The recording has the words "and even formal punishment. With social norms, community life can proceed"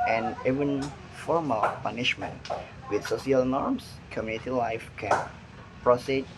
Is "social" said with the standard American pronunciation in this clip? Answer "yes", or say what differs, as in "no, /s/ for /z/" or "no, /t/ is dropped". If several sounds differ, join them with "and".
no, /s/ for /ʃ/